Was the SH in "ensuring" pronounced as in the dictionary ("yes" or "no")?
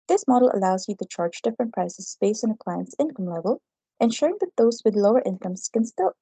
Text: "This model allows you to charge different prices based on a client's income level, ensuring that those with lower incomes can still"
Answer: yes